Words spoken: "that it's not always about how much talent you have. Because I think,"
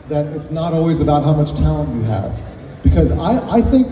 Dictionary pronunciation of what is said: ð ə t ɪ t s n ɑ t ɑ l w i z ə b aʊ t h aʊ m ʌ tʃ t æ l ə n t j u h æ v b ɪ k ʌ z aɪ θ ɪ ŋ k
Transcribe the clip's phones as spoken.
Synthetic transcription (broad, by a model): ð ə t ɪ t s n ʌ t ɑ l w i z ə b aʊ t h aʊ m ʌ tʃ t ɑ ə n j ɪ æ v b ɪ k ʌ z aɪ θ ɪ ŋ k